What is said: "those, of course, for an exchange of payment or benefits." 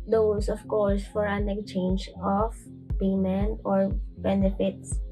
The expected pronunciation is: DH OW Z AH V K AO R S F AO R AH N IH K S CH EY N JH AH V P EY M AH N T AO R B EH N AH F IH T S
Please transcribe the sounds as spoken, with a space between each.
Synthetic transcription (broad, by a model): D OW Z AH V K AO R S F AO R AH N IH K CH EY N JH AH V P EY M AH N AO R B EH N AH F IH T S